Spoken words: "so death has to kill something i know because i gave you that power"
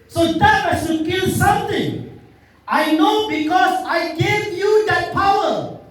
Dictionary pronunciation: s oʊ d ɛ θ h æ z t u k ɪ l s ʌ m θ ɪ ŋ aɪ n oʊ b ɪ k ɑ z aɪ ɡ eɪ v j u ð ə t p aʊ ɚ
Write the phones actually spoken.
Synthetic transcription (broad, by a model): s oʊ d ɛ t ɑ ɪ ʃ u k ɪ l s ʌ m t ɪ ŋ aɪ n oʊ b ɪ k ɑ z aɪ ɡ eɪ v j u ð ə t p aʊ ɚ